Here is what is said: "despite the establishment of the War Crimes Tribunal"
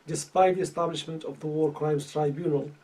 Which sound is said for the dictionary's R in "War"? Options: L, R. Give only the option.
R